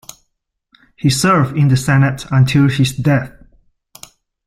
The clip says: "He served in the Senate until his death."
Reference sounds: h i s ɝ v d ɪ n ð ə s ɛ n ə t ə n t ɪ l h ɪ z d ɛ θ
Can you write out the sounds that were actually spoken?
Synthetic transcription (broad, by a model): h i s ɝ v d ɪ n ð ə s ɛ n ə t ə n t ɪ l h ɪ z d ɛ θ